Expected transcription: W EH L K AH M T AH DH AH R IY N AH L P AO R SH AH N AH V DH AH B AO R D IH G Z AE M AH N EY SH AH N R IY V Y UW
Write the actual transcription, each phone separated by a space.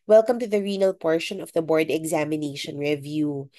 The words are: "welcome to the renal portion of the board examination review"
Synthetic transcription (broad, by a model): W EH L K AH M T AH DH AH R IY N AH L P AO R SH AH N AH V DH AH B AO R D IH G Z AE M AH N EY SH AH N R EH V Y UW